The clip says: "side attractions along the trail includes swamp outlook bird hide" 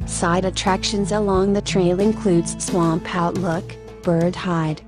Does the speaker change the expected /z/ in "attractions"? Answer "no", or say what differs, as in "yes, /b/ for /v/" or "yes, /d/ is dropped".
no